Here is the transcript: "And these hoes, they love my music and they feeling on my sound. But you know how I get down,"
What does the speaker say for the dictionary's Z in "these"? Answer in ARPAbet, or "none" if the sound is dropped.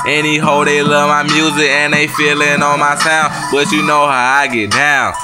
none